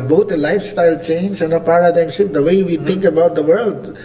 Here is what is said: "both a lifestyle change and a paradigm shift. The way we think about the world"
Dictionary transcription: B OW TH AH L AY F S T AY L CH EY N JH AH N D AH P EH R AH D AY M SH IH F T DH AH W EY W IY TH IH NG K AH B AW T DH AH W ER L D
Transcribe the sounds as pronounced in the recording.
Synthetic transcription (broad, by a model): B OW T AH L AY F S T AY L CH EY N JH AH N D AH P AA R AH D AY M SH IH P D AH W EY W IY T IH NG K AH B AW T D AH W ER L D